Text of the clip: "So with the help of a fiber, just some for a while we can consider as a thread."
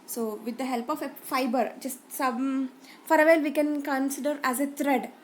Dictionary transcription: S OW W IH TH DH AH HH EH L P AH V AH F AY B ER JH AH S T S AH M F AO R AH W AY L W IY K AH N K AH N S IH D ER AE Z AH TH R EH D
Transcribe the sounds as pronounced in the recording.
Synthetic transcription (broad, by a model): S OW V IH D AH HH EH L P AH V AH F AY B ER JH AH S T S AH M F AO R AH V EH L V IY K AH N K AH N S IH D ER AE Z AH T R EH D